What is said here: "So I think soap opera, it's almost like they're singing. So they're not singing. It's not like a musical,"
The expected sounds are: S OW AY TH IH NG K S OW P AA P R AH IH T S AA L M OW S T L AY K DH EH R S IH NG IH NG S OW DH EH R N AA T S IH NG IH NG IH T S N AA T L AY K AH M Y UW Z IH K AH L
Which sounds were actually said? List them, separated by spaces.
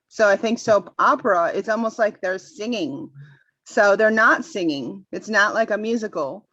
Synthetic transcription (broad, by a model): S OW AY TH IH NG K S OW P AA P R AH IH T S AA L M OW S T L AY K DH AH R S IH NG IH NG S OW DH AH R N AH T S IH NG IH NG IH T S N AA T L AY K AH M Y UW Z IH K L